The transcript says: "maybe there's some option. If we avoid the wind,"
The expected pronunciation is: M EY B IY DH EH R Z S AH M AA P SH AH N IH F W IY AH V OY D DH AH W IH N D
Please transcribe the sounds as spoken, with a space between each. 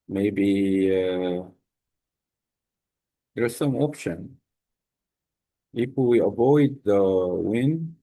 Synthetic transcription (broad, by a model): M EY B IY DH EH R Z S AH M AA P SH AH N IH P W IY AH V OY D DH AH W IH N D